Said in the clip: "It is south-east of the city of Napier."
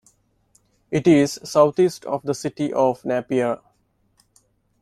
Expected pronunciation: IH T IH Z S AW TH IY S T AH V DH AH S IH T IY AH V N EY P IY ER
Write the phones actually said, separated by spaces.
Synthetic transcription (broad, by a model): IH T IH Z S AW T IY S T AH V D AH S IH T IY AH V N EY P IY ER